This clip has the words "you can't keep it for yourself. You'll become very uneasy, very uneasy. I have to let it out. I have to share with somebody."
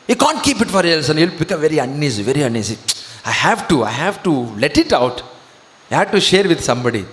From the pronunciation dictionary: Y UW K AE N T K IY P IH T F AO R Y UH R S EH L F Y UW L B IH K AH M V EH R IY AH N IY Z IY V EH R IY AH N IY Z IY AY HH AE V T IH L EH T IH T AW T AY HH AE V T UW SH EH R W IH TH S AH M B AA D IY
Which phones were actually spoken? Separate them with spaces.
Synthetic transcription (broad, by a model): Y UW K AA N T K IY P IH T F AO R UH L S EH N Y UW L B IH K AH M V EH R IY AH N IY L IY V EH R IY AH N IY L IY AY HH AE V T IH L EH T IH T AW T AY HH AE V T UW SH EH R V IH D S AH M B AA D IY